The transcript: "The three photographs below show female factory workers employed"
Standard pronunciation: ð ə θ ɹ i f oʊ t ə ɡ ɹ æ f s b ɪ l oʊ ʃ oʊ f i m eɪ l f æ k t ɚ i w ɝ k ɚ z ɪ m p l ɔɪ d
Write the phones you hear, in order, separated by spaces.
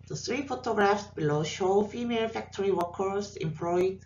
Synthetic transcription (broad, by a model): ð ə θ ɹ i f oʊ t ə ɡ ɹ æ f s b ɪ l oʊ ʃ oʊ f i m eɪ l f æ k t ɚ i w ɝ k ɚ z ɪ m p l ɔɪ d